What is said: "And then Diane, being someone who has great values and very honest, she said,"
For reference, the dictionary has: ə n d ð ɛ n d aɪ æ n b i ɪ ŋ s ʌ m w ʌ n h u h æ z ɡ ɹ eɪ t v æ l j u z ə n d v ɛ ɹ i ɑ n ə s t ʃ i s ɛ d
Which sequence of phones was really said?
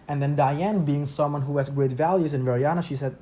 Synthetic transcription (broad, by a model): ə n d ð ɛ n d aɪ æ n b i ɪ ŋ s ʌ m w ʌ n h u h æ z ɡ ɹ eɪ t v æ l j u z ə n v ɛ ɹ i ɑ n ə ʃ i s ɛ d